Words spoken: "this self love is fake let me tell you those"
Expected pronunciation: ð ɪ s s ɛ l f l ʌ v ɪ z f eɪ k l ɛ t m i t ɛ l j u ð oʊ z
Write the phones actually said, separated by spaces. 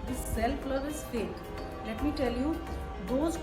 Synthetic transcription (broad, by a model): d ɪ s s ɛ l p l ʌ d ɪ z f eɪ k l ɛ t m i t ɛ l j u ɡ oʊ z